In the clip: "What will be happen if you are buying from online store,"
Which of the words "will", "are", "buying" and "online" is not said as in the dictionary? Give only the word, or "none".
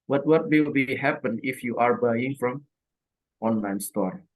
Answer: will